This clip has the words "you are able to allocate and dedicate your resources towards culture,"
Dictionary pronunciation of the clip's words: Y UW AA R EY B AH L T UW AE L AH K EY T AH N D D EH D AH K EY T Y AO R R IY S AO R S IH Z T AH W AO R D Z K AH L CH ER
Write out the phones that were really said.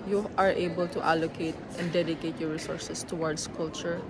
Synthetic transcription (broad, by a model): Y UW AA R EY B AH L T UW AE L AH K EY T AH N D D EH D AH K EY T Y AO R R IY S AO R S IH S T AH W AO R D S K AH L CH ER